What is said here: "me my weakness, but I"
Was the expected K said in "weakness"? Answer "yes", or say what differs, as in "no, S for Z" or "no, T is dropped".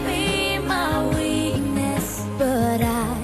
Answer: no, K is dropped